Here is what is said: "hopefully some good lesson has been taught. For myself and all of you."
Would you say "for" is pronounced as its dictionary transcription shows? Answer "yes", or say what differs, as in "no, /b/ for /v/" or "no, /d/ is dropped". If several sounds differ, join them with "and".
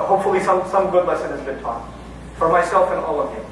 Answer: yes